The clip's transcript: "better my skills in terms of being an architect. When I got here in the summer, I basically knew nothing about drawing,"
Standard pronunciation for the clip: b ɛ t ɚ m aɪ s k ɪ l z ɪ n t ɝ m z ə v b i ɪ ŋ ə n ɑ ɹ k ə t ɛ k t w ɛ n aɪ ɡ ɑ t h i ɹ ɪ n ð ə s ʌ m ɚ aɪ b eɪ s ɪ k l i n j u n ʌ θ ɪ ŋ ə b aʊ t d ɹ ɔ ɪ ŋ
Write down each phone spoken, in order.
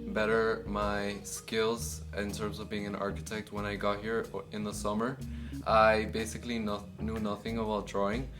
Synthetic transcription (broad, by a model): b ɛ t ɚ m aɪ s k ɪ l z ɪ n t ɝ m z ə v b i ɪ ŋ ə n ɑ ɹ k ə t ɛ k t w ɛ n aɪ ɡ ɑ t h i ɹ ɪ n ð ə s ʌ m ɚ aɪ b eɪ s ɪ k l i n j u n ʌ θ ɪ ŋ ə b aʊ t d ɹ ɔ ɪ ŋ